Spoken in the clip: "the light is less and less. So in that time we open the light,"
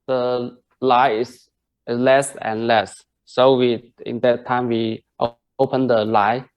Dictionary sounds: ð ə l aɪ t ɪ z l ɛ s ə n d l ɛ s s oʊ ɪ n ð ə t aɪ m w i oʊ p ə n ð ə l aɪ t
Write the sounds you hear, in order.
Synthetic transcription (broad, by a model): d ə l aɪ ɪ s l ɛ s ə n l ɛ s s oʊ ɪ n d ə t aɪ m w i oʊ p ə n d ə l aɪ